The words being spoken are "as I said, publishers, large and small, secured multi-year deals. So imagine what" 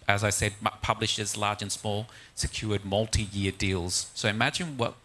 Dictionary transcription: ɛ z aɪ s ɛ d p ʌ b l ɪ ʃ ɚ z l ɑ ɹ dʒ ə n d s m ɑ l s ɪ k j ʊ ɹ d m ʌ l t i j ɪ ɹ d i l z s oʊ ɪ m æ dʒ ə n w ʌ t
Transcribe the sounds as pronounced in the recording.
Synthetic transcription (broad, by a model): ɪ z aɪ s ɛ d p ʌ b l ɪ ʃ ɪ z l ɑ ɹ dʒ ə n s m ɑ l s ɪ k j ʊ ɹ d m ʌ l t i j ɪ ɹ d i l z s oʊ ɪ m æ dʒ ə n w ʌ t